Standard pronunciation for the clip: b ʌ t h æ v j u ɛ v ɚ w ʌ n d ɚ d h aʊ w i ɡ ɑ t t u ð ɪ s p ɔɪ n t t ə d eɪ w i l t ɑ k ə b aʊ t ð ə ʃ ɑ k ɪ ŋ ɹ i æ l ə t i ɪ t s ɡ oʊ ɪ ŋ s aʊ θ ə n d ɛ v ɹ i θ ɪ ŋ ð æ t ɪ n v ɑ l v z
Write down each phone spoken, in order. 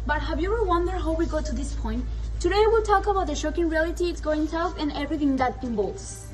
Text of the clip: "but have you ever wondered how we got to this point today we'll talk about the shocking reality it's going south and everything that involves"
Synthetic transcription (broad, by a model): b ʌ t h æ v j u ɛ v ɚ w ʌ n d ɚ h aʊ w i ɡ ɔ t t u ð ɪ s p ɔɪ n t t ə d eɪ w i l t ɑ k ə b aʊ t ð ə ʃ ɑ k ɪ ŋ ɹ i æ l ə t i ɪ t s ɡ oʊ ɪ ŋ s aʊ f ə n ɛ v ɹ i θ ɪ ŋ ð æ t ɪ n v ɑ l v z